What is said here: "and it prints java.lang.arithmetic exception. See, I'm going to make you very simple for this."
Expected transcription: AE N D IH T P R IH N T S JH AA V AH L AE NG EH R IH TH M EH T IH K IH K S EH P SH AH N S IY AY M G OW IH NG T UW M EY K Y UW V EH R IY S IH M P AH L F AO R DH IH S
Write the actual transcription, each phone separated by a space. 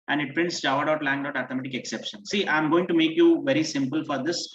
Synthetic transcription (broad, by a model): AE N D IH T P R IH N T S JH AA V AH L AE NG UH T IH T M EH T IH K IH K S EH P SH AH N S IY AY M G OW IH NG T UW M EY K Y UW V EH R IY S IH M P AH L F AO R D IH S